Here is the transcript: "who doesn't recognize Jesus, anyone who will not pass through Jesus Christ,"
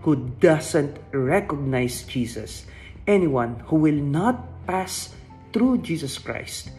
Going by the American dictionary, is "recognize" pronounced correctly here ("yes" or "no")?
no